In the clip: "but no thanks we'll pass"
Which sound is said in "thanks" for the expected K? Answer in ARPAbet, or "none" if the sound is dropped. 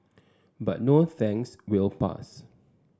none